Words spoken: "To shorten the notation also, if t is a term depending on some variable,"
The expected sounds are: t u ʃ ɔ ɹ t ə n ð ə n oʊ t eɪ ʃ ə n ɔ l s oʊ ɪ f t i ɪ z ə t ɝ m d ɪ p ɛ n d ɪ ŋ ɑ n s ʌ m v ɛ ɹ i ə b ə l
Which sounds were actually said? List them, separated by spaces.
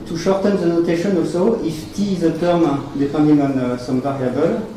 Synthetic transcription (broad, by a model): t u ʃ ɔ ɹ t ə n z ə n oʊ t eɪ ʃ ə n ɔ s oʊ ɪ f t i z ə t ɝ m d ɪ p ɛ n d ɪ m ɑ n s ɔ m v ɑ ɹ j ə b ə l